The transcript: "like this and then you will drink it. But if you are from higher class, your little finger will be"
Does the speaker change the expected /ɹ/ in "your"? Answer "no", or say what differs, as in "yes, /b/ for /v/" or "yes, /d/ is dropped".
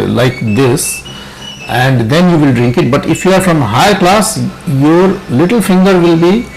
no